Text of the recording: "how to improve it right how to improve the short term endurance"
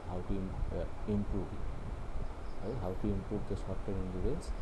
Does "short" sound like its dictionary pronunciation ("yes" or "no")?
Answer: no